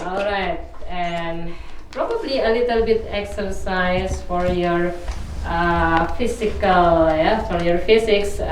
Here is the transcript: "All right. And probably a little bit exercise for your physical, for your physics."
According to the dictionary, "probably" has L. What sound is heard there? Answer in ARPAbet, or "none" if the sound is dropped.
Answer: L